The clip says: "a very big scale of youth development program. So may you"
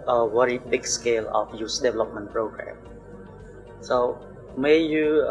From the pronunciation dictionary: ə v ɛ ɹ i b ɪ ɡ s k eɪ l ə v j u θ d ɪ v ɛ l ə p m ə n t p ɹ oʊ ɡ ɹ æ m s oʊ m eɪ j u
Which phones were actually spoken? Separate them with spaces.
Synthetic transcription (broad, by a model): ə w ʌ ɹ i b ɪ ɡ s k eɪ l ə f j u s d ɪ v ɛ l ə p m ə n p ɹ oʊ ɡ ɹ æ m s oʊ m eɪ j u